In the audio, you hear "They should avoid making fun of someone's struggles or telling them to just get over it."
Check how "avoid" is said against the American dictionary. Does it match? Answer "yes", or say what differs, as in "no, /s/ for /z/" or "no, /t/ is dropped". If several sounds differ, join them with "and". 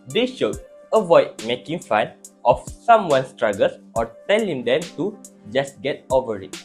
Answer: yes